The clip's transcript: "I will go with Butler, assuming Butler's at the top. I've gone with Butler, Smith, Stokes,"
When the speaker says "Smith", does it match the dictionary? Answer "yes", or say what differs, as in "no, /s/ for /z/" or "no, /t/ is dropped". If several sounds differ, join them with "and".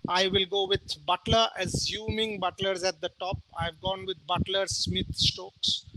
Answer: no, /t/ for /θ/